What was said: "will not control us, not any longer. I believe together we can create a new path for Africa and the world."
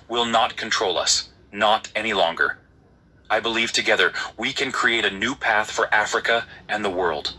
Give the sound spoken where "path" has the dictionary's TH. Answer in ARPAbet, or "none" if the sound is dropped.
TH